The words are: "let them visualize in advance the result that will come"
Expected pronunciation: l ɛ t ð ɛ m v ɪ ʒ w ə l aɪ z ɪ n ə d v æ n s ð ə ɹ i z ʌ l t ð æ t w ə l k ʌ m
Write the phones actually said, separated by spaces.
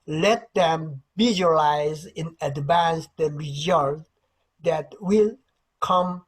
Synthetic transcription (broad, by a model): l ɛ t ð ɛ m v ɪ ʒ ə l aɪ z ɪ n ə d v æ n s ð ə ɹ i z ʌ l t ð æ t w ə l k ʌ m